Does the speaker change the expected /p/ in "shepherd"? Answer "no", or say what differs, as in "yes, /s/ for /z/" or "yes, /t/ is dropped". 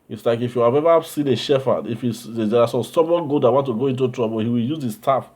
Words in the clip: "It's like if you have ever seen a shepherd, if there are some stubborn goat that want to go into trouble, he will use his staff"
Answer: yes, /f/ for /p/